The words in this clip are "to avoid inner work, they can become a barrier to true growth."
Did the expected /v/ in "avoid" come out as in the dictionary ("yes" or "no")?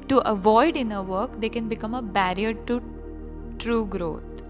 yes